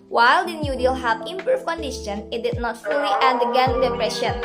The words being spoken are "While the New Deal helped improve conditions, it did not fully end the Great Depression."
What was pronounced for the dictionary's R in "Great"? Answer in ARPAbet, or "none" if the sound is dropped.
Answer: none